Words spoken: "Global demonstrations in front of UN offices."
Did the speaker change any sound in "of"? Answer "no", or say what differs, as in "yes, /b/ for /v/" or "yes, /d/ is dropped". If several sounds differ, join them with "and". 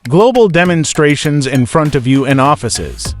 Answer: no